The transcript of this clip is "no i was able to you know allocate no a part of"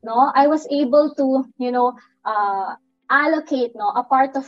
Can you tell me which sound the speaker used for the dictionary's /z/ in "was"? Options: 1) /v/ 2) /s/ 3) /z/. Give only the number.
2